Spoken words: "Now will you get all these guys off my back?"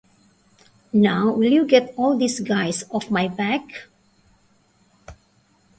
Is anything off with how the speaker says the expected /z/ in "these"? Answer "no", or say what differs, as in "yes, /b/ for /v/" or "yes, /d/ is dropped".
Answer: yes, /s/ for /z/